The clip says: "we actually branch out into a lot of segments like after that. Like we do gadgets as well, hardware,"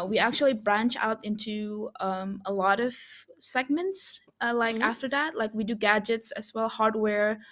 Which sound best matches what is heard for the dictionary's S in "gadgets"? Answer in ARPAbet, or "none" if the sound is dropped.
S